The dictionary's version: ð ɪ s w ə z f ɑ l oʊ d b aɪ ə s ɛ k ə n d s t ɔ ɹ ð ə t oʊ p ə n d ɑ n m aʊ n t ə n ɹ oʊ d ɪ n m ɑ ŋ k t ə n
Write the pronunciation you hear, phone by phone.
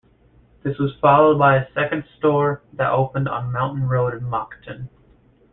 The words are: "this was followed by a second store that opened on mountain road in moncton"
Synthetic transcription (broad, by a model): ð ɪ s w ə z f ɑ l oʊ d b aɪ ə s ɛ k ə n d s t ɔ ɹ ð ə t oʊ p ə n d n m aʊ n t n ɹ oʊ d ɪ n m ɑ k t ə n